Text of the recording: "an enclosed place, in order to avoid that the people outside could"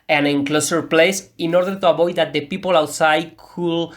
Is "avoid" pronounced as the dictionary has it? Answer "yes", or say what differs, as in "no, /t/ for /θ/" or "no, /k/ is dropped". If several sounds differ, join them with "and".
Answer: no, /b/ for /v/